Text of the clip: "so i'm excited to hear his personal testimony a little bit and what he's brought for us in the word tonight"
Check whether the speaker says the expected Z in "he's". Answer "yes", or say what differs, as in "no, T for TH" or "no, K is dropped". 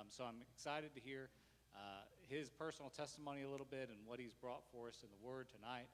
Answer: yes